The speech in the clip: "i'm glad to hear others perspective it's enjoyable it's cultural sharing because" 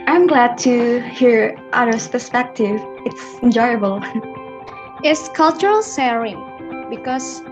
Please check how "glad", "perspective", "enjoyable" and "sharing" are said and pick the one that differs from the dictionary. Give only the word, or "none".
sharing